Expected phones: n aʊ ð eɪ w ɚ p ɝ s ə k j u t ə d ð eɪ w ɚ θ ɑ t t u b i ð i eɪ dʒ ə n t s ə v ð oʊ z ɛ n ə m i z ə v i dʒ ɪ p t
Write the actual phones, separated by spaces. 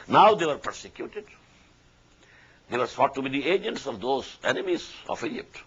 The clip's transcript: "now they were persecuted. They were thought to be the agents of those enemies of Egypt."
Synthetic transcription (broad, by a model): n aʊ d eɪ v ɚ p ɝ s ə k j u t ə d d eɪ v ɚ s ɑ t t u b i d i eɪ dʒ ə n t s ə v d oʊ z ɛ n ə m i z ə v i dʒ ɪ p t